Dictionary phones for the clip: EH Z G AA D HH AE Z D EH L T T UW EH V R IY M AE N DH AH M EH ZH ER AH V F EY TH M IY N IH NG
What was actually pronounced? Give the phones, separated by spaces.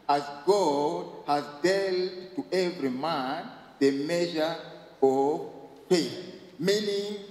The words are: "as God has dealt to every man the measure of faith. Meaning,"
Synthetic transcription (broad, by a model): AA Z G AA D HH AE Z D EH L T T UW EH V R IY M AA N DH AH M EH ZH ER AH V P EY M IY N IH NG